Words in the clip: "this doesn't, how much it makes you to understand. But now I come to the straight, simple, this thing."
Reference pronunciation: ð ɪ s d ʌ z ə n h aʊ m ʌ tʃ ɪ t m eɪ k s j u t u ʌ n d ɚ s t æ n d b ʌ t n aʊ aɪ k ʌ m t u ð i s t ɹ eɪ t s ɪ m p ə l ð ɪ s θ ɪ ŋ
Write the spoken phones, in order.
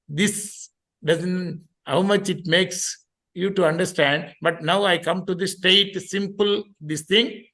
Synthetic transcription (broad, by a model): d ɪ s d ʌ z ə n h aʊ m ʌ tʃ ɪ t m eɪ k s j u t u ʌ n d ɚ s t æ n d b ʌ t n aʊ aɪ k ʌ m t u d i s t eɪ t s ɪ m p ə l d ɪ s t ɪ ŋ